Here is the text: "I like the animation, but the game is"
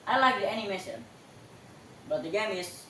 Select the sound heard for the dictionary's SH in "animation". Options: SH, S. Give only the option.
S